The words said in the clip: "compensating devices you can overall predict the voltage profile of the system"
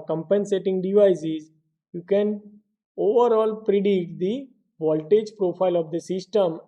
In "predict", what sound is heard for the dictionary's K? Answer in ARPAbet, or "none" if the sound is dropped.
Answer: none